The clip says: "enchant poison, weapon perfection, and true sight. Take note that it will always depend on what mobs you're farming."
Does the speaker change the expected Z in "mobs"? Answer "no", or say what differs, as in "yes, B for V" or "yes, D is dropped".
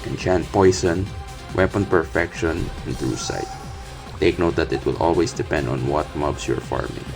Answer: yes, S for Z